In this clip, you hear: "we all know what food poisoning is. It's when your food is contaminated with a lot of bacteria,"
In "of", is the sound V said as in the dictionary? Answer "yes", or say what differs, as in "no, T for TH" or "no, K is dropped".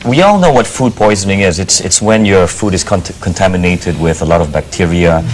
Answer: yes